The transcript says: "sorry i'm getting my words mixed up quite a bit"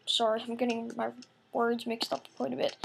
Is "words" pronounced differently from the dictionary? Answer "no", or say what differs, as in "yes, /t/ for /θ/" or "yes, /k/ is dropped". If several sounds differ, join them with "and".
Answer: no